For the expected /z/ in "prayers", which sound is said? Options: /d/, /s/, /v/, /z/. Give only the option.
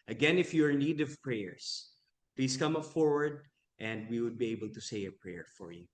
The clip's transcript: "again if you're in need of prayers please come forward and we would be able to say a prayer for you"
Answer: /s/